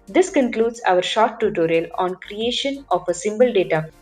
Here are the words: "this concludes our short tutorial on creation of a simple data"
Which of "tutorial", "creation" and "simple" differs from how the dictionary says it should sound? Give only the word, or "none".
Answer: simple